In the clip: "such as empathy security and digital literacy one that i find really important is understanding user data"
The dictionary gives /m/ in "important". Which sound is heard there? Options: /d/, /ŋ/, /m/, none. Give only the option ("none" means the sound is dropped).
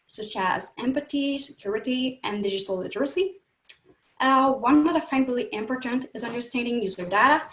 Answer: /m/